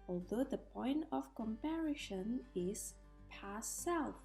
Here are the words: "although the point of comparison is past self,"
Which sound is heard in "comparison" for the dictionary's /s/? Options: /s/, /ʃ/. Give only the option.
/ʃ/